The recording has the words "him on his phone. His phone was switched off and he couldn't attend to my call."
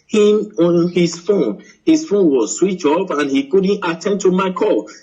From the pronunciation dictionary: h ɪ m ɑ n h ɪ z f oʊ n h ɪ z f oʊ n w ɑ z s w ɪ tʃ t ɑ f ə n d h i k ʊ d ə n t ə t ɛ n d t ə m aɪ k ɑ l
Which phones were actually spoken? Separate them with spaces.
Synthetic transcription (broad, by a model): h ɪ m ɑ n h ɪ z f oʊ n h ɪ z f oʊ n w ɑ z s w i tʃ ɑ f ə n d h i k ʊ d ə n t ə t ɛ n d t ə m aɪ k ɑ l